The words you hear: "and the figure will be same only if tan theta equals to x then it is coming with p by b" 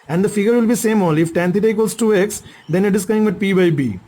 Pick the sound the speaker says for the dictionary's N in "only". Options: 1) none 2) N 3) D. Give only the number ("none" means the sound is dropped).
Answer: 1